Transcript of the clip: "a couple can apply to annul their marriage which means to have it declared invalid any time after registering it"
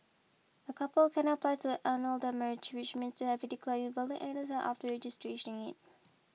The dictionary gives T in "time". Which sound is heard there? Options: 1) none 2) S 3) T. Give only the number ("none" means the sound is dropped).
2